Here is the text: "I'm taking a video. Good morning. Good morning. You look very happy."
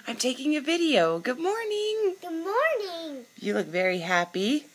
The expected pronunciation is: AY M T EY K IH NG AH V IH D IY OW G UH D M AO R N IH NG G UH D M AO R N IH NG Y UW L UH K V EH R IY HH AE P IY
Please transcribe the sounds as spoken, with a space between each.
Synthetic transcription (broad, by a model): AY M T EY K IH NG AH V IH D IY OW G UH D M AO R N IH NG G UH D M AO R N IH NG Y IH L UH K V EH R IY HH AE P IY